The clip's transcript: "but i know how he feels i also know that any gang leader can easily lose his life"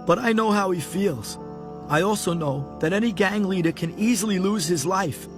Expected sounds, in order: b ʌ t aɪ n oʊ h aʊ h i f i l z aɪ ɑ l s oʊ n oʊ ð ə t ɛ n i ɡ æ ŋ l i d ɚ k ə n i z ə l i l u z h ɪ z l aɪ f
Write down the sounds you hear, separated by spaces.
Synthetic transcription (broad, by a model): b ʌ t aɪ n oʊ h aʊ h i f i l z aɪ ɑ l s oʊ n oʊ ð ə t ɛ n i ɡ æ ŋ l i d ɚ k ə n i z l i l u z h ɪ z l aɪ f